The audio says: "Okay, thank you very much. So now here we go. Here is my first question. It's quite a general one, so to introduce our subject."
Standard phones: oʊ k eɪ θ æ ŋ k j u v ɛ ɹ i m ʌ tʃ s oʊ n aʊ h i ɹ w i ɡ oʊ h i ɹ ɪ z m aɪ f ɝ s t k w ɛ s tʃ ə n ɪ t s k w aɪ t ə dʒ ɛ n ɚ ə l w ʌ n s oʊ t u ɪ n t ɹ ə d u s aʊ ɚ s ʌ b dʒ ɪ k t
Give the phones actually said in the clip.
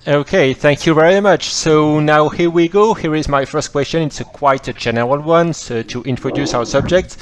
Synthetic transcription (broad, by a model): oʊ k eɪ θ æ ŋ k j u v ɛ ɹ i m ʌ tʃ s oʊ n aʊ h i ɹ w i ɡ oʊ h i ɹ ɪ z m aɪ f ɝ s t k w ɛ s tʃ ə n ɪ t s k w aɪ t ə dʒ ɛ n ɚ ə l w ʌ n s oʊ t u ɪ n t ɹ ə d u s aʊ ɚ s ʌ b dʒ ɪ k t